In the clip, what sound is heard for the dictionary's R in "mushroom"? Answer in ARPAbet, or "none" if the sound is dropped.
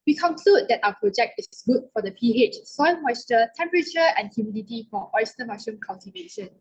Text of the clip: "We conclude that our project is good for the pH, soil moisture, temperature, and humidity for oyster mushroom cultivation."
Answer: none